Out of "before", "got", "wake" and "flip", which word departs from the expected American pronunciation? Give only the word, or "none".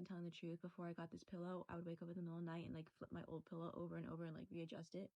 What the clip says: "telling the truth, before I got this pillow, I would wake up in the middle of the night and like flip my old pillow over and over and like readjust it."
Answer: none